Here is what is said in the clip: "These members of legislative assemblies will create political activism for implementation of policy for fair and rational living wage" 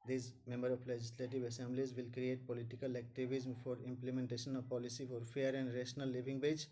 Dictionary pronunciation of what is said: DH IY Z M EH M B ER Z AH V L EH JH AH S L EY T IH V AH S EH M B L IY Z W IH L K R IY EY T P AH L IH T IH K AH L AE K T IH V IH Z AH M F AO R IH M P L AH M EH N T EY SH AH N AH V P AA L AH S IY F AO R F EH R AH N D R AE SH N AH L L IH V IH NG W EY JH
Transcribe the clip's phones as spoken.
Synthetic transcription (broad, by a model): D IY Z M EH M B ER AH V L EH JH AH S L EY T IH V AH S EH M B L IY Z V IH L K R IY EY T P AH L IH T IH K AH L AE K T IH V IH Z M F AO R IH M P L AH M EH N T EY SH AH N AH V P AA L AH S IY F AO R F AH R AH N D R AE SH N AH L L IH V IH NG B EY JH